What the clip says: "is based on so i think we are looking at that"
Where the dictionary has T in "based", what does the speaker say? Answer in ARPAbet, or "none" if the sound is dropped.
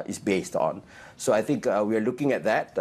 T